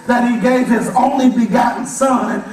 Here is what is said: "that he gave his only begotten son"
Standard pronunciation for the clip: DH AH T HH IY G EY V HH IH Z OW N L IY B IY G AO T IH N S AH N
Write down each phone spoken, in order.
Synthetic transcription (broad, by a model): DH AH T HH IY G EY V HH IH Z OW N L IY B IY G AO T N S AH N